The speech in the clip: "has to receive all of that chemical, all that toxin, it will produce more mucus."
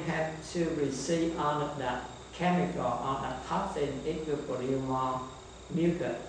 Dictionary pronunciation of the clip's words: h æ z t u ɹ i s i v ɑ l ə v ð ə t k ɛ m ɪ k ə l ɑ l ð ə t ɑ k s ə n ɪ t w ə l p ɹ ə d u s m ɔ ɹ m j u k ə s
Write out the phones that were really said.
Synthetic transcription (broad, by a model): h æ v t u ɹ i s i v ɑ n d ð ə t k ɛ m ɪ k ə l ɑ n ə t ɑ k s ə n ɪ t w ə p ə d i m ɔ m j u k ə